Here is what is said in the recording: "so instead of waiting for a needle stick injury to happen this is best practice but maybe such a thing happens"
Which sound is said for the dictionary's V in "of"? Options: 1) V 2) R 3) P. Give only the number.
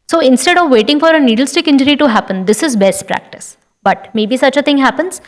1